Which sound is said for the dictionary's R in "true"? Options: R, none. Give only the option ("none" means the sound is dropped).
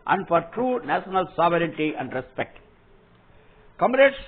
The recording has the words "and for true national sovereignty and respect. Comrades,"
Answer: R